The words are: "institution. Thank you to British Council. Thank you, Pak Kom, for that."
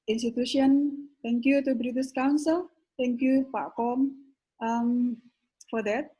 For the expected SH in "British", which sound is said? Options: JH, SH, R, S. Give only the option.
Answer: S